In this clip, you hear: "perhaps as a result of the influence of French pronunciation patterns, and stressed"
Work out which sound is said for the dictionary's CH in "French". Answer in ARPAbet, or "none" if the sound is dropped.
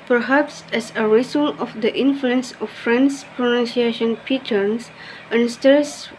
S